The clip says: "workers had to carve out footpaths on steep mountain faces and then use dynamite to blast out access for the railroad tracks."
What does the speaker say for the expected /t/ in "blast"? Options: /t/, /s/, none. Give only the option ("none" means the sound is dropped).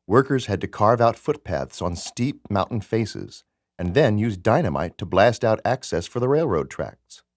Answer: /t/